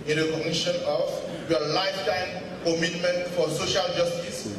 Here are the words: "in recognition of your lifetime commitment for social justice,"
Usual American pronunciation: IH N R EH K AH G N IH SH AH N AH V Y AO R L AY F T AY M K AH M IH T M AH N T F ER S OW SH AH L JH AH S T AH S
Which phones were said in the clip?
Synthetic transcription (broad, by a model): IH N R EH K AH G N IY SH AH N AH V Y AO L AY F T AY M K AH M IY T M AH N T F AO S OW SH AH L JH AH S T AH S